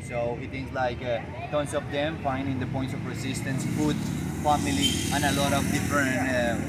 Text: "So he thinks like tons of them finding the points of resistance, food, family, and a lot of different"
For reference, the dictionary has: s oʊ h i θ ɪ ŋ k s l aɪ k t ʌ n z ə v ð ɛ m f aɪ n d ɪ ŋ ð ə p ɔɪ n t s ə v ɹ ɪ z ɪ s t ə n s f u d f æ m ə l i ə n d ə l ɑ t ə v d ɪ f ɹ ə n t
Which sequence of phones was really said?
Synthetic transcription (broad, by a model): s oʊ h i t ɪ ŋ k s l aɪ k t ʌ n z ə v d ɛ m f aɪ n d ɪ ŋ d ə p ɔɪ n t s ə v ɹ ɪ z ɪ s t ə n s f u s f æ m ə l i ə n ə l ɑ t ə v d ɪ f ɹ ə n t